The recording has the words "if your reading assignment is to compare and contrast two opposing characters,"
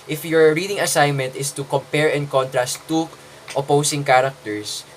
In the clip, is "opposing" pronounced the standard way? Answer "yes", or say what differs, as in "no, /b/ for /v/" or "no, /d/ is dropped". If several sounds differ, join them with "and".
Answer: no, /s/ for /z/